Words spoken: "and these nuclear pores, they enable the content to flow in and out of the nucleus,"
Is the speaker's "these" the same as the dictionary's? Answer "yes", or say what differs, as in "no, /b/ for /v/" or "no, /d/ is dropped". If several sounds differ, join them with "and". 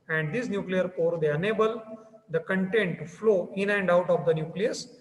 no, /s/ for /z/